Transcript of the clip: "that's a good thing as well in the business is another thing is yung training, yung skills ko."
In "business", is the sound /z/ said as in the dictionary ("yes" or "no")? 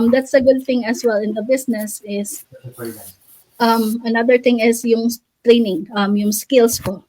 no